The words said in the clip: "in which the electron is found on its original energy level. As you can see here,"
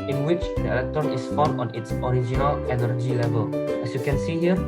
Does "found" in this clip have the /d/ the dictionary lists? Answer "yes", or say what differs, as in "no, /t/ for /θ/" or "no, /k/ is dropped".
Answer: no, /d/ is dropped